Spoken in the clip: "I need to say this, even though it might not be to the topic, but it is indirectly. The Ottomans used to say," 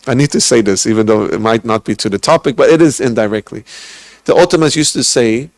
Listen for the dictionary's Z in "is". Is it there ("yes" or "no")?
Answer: yes